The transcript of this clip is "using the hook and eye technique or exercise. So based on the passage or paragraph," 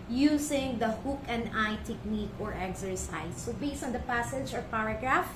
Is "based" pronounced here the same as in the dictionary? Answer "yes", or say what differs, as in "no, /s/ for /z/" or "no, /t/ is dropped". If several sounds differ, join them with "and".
no, /t/ is dropped